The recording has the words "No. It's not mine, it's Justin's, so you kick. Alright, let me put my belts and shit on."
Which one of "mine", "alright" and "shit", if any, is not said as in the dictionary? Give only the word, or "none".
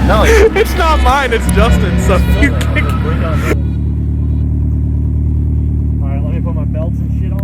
alright